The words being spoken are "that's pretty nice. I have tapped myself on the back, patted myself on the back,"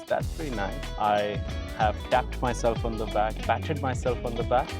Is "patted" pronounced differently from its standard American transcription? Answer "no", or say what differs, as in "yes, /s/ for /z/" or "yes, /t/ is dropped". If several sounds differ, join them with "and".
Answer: yes, /b/ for /p/